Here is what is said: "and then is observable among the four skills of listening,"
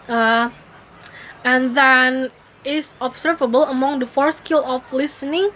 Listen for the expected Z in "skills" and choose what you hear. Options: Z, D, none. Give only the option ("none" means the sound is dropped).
none